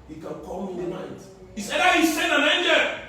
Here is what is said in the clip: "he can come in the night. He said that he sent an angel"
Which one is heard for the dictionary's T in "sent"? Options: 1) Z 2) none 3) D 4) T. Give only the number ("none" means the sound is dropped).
2